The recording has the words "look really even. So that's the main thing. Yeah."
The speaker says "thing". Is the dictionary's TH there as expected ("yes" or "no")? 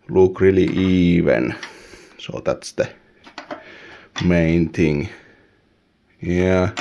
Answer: no